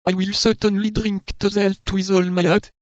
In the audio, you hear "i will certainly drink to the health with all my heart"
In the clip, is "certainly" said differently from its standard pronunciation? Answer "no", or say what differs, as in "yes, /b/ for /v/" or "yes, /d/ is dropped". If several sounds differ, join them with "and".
no